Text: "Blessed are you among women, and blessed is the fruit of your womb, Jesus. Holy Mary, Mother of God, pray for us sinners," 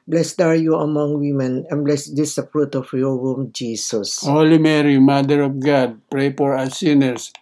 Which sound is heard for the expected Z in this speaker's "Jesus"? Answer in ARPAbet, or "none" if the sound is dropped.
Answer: S